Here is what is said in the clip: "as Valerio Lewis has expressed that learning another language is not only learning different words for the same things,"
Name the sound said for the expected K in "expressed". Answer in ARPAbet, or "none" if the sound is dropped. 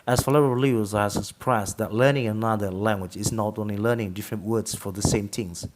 none